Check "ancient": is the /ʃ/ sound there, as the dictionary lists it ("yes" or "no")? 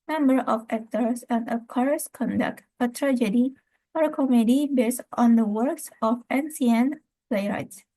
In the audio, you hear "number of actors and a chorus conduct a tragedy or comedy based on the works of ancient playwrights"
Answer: no